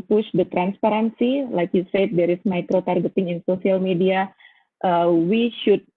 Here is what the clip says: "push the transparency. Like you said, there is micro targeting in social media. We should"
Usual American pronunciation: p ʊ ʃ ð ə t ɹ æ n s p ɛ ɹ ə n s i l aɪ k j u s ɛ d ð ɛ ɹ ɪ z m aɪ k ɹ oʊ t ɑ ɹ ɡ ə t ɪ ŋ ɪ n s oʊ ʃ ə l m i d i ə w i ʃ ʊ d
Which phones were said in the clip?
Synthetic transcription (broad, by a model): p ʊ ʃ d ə t ɹ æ n s p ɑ ɹ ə n s i l aɪ k j u s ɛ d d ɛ ɹ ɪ s m aɪ k ɹ oʊ t ɑ ɹ ɡ ə t ɪ ŋ ɪ n s oʊ s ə l m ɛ d i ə w i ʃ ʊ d